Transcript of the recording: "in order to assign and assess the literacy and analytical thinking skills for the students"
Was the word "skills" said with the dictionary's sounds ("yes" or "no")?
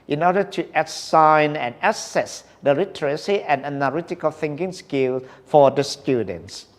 no